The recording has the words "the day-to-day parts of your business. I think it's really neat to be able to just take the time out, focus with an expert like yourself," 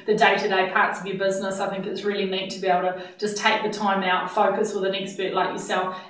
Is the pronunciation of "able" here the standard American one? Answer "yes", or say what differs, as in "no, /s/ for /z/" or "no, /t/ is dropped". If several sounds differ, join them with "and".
no, /b/ is dropped